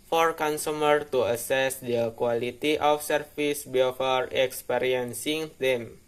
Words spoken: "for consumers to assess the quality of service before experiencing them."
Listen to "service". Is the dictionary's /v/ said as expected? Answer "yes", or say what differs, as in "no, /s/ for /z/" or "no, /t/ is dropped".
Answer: no, /f/ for /v/